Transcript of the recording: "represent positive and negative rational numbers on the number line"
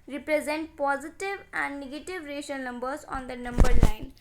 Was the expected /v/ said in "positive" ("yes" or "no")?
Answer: yes